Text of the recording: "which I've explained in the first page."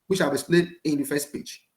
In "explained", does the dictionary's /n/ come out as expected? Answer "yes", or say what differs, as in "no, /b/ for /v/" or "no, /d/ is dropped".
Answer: no, /n/ is dropped